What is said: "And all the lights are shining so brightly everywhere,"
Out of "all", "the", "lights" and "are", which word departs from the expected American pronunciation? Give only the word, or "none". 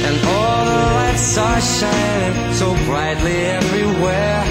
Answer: none